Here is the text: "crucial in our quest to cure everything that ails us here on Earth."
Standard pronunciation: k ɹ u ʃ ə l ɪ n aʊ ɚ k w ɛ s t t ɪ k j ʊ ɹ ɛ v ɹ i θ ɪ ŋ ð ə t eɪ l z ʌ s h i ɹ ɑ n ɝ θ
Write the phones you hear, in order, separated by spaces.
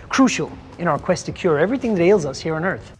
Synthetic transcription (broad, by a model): k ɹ u ʃ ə l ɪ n aʊ ɚ k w ɛ s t t ɪ k j ʊ ɹ ɛ v ɹ i θ ɪ ŋ ð ə t eɪ l z ʌ s h i ɹ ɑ n ɝ θ